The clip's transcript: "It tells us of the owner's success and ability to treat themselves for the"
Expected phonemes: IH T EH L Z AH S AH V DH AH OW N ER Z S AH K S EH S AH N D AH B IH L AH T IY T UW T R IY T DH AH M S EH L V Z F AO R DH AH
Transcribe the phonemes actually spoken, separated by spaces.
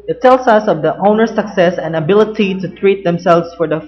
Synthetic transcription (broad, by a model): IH T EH L S AH S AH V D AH OW N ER S AH K S EH S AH N AH B IH L AH T IY T UW T R IY T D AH M S EH L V S F AO R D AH